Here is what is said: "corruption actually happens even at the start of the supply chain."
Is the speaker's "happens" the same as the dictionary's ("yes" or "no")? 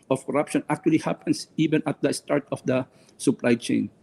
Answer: no